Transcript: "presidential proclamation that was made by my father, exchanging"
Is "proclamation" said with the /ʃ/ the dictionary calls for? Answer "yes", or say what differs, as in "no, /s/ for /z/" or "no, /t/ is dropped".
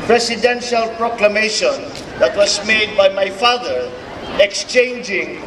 yes